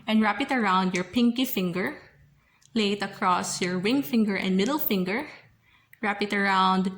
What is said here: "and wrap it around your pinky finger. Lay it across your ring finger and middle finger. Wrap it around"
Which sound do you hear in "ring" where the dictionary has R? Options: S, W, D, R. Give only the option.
W